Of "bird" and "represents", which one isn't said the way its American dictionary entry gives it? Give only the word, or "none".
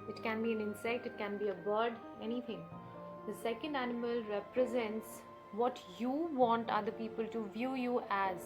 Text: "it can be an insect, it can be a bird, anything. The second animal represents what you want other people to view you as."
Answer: none